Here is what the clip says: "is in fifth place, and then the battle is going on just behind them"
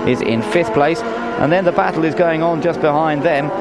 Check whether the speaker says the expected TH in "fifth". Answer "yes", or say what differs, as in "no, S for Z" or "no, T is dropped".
yes